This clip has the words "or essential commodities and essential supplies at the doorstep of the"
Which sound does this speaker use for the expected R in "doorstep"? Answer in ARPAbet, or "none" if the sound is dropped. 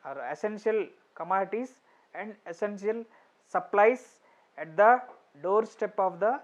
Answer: R